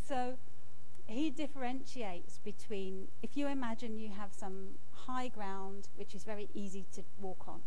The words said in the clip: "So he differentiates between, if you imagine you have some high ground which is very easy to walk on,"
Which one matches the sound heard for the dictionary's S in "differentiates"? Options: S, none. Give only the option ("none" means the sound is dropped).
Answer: S